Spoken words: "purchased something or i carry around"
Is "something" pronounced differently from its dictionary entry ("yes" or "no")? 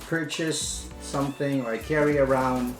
no